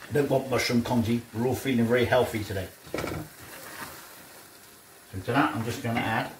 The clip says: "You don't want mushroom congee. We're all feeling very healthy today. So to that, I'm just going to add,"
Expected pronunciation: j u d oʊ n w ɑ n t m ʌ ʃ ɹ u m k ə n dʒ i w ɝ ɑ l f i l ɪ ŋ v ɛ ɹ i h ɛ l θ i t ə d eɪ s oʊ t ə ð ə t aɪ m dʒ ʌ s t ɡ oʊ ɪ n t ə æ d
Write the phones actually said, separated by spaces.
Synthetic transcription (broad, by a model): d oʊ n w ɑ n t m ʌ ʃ u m k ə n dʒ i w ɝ ɑ l f i l ɪ ŋ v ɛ l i h ɛ l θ i t ə d eɪ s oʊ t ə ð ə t aɪ m dʒ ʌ s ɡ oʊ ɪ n t ə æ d